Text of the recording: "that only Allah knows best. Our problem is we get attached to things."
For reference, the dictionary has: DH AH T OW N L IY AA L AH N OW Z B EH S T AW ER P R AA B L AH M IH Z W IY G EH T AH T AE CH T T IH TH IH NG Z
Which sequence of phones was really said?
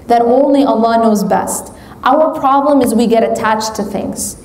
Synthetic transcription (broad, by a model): DH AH T OW N L IY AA L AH N OW Z B EH S T AW ER P R AA B L AH M IH Z W IY G EH T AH T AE CH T T IH TH IH NG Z